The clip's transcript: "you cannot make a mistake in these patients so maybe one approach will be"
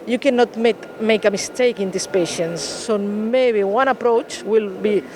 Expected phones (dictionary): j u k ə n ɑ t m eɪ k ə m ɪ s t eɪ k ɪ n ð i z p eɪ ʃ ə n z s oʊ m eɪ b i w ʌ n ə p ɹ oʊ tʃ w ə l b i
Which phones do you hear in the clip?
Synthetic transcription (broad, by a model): j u k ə n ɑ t m eɪ k ə m ɪ s t eɪ k ɪ n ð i s p eɪ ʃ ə n s oʊ m eɪ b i w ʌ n ə p ɹ oʊ tʃ w ə l b i